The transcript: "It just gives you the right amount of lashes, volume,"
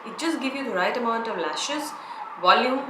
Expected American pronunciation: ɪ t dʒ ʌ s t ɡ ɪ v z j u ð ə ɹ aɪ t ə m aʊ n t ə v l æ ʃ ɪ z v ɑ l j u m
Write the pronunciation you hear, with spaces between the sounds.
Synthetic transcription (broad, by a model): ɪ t dʒ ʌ s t ɡ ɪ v j u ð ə ɹ aɪ t ə m aʊ n t ə v l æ ʃ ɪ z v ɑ l j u m